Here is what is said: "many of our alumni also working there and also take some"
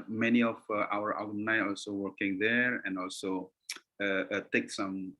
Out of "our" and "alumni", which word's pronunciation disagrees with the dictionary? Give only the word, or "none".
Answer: alumni